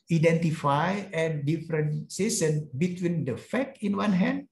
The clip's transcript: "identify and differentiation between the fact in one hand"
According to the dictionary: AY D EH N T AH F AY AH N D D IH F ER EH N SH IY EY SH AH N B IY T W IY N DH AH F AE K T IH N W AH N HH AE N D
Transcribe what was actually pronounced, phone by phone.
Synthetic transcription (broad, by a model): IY D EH N T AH F AY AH N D D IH F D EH N S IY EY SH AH N B IY T W IY N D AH F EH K IH N W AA N HH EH N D